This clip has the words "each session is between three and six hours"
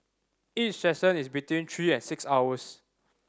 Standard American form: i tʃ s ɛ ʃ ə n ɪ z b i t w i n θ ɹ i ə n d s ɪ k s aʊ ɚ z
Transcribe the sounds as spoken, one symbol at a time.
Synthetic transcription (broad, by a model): i tʃ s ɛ s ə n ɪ s b i t w i n t ɹ i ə n s ɪ k s aʊ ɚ s